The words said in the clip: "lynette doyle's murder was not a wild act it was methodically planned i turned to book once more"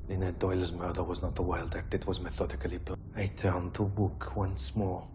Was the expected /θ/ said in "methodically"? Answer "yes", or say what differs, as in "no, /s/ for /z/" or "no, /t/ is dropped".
yes